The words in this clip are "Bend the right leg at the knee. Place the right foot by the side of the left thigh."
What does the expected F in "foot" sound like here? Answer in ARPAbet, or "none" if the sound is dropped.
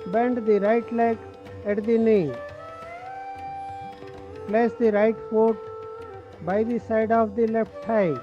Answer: P